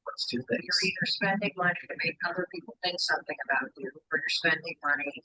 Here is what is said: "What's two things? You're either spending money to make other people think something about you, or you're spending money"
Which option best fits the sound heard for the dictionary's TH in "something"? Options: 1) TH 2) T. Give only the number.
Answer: 1